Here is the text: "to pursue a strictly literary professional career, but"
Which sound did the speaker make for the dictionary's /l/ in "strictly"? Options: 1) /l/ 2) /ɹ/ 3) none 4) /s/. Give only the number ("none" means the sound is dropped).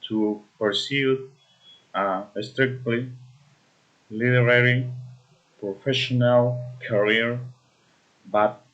1